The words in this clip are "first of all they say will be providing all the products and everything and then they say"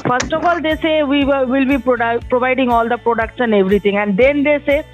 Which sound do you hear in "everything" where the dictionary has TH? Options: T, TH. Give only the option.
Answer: T